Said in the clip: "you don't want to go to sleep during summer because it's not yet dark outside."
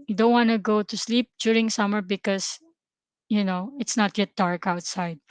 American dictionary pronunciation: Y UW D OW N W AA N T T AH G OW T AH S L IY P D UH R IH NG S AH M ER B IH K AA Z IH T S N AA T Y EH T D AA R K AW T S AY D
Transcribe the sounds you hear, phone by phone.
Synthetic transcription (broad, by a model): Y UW D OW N W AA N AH G OW T AH S L IY P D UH R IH NG S AH M ER B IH K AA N IH T S N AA T Y EH T D AA R K AW T S AY D